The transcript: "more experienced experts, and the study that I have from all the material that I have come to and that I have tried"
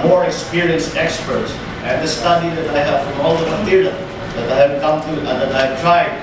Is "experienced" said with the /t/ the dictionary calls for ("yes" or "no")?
yes